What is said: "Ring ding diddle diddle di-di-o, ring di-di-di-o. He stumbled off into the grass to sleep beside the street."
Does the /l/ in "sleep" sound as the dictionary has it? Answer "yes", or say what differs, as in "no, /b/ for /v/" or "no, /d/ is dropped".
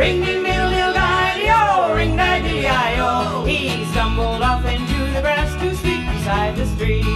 no, /l/ is dropped